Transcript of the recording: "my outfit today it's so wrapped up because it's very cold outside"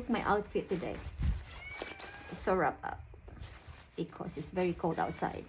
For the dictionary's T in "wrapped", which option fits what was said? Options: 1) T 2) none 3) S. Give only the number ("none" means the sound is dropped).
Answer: 2